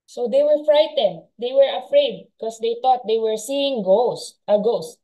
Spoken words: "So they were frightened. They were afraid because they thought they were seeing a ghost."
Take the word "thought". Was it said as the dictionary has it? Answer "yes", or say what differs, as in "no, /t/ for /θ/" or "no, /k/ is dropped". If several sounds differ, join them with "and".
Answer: no, /t/ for /θ/